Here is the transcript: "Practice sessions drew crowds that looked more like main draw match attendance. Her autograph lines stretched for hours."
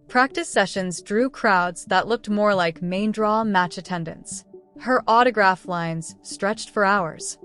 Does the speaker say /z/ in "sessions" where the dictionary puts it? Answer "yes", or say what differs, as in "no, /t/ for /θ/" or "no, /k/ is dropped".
yes